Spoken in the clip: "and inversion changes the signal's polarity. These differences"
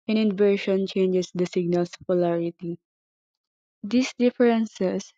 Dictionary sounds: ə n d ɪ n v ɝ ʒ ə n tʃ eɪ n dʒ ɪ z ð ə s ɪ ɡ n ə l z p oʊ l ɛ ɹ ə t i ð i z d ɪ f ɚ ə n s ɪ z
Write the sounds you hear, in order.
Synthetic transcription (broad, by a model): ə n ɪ n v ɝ ʃ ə n tʃ eɪ n dʒ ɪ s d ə s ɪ ɡ n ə l s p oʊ l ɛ ɹ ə t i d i s d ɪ f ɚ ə n s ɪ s